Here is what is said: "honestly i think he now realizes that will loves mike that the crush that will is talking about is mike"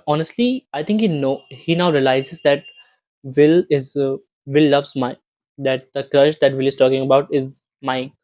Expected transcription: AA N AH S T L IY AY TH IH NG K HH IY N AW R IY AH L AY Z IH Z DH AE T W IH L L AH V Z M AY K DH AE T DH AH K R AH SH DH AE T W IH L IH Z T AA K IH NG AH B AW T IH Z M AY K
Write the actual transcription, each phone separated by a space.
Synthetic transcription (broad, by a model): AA N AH S T L IY AY T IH NG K HH IY N AW R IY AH L AY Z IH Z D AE T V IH L L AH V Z M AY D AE T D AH K R AH SH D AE T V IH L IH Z T AA K IH NG AH B AW T IH Z M AY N